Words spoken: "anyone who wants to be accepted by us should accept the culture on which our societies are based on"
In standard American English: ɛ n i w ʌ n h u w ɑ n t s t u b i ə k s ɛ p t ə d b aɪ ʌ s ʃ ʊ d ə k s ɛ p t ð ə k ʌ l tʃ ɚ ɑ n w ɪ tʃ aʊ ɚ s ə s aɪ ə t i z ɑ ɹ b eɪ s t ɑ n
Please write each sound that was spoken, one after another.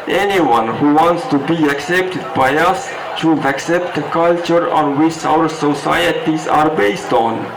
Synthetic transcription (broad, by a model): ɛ n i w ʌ n h u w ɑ n t s t u b i ə k s ɛ p t ə d b aɪ ʌ s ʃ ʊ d ə k s ɛ p t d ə k ʌ l tʃ ɚ ɑ n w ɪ tʃ aʊ ɚ s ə s aɪ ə t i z ɑ ɹ b eɪ s t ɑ n